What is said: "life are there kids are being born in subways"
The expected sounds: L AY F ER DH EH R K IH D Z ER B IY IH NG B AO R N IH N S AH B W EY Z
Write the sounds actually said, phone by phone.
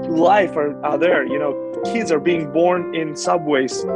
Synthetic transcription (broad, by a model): L AY F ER DH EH R K IH D Z ER B IY IH NG B AO R N IH N S AH B W EY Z